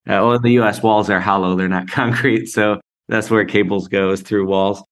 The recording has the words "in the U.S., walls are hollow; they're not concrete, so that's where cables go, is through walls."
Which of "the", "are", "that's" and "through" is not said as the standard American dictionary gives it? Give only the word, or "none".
none